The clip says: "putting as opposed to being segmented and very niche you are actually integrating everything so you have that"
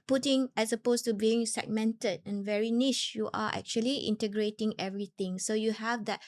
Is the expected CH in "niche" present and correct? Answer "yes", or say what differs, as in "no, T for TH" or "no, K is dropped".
no, SH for CH